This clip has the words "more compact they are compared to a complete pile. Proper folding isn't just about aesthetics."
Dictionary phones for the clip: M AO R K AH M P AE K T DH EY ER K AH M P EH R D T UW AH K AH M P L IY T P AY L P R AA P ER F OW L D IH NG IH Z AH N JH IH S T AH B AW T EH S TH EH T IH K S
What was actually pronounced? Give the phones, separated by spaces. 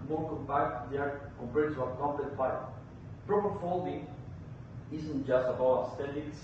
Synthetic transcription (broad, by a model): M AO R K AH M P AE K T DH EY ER K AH M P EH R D T UW AH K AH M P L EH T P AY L P R AA P ER F OW L D IH NG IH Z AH N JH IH S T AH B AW EH S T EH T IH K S